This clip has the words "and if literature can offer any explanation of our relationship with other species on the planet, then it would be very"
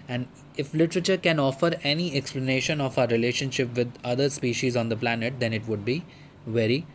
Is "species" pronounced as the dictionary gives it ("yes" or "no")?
yes